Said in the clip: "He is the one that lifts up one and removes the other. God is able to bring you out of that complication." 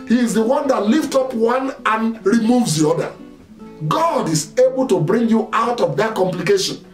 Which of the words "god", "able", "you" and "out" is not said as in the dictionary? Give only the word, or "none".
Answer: none